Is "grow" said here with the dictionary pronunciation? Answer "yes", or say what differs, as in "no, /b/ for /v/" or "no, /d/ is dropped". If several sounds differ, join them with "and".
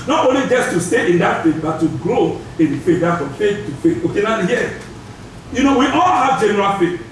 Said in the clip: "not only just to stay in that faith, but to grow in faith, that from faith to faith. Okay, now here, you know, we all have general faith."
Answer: yes